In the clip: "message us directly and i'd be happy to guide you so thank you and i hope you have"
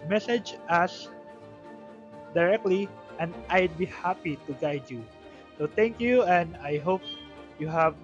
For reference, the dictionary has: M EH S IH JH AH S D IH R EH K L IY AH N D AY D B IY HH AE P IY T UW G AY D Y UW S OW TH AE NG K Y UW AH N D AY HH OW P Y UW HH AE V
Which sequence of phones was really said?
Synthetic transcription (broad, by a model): M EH S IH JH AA S D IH R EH K L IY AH N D AY D B IY HH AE P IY T UW G AY D Y UW S OW T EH NG K Y UW AH N D AY HH OW P Y UW HH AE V